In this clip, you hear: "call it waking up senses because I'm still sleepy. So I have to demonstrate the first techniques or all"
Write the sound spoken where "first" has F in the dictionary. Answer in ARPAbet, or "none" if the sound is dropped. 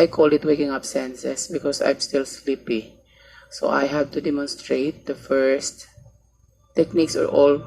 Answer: F